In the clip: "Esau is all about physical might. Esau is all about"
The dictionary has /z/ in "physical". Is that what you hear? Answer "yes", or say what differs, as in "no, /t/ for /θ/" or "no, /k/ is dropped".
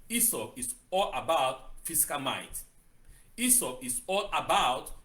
no, /s/ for /z/